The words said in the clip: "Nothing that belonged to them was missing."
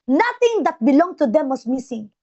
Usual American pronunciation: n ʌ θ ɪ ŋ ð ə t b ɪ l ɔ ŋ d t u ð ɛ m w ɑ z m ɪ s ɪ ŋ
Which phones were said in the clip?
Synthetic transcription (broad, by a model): n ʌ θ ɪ ŋ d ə t b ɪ l ɔ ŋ t u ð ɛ m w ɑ s m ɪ s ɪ ŋ